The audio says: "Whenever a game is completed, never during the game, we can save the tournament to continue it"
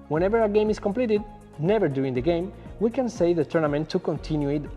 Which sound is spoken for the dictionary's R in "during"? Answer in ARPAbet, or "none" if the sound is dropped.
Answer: none